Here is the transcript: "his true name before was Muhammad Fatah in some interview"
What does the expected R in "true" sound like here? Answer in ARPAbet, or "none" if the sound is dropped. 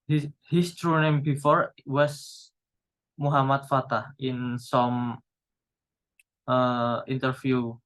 R